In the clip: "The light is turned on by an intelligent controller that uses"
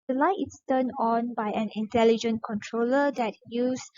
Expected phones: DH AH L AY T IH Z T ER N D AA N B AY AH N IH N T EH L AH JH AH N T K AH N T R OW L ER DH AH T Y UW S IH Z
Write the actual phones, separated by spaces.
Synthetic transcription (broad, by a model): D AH L AY T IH S T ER N AA N B AY AH N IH N T EH L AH JH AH N K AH N T R OW L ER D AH T Y UW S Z